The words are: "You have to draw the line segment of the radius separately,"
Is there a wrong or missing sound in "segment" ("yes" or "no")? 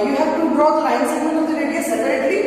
yes